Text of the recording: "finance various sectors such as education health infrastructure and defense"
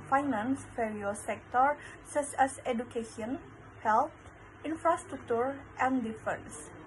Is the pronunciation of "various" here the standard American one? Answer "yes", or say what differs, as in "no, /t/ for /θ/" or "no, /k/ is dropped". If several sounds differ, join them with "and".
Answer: no, /f/ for /v/